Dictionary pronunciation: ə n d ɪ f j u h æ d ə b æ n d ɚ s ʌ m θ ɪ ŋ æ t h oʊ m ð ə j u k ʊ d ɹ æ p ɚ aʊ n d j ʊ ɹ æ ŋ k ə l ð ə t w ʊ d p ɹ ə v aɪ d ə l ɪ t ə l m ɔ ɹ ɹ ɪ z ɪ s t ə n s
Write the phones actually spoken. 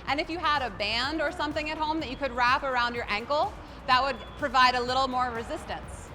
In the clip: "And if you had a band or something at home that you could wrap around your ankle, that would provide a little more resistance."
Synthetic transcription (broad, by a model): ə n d ɪ f j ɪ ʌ d ə b æ n d ɚ s ʌ m θ ɪ ŋ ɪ t h oʊ m ð ə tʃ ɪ k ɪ d ɹ æ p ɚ aʊ n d j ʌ ɹ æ ŋ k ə l ð ə t w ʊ d p ɹ ə v aɪ d ə l ɪ t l m ɔ ɹ ɹ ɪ z ɪ s t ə n s